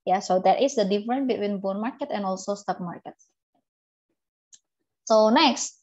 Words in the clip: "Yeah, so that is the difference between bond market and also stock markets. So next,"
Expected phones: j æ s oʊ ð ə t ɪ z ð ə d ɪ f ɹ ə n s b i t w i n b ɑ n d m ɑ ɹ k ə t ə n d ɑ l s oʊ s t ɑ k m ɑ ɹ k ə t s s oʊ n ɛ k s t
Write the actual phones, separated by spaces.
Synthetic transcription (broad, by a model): j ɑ s oʊ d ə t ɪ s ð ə d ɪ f ɹ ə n b i t w i n b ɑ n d m ɑ ɹ k ə t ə n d ɑ l s oʊ s t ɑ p m ɑ ɹ k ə t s s oʊ n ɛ k s t